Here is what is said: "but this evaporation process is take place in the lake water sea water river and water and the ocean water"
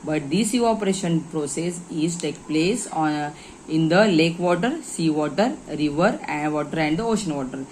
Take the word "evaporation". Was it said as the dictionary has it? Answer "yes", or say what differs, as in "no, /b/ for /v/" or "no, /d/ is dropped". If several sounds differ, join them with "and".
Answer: no, /v/ is dropped